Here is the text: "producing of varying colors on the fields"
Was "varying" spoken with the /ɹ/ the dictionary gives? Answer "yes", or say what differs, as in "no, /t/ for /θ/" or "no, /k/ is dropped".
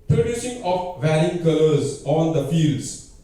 yes